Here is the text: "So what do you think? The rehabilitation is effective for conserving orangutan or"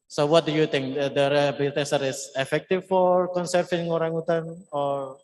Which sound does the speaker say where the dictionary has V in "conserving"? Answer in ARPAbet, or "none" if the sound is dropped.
F